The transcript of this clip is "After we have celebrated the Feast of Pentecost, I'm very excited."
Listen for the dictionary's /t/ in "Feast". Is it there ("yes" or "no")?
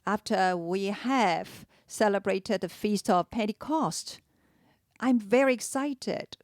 yes